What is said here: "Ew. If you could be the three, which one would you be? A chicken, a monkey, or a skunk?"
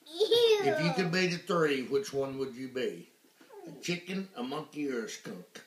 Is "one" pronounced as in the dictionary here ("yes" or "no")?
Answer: yes